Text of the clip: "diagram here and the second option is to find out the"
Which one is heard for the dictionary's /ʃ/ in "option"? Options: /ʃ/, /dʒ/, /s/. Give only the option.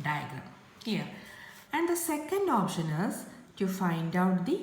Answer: /ʃ/